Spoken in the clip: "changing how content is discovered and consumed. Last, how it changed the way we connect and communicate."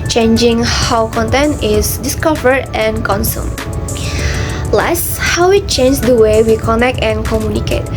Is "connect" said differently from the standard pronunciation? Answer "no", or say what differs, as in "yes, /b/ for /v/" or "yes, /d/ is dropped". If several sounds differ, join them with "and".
no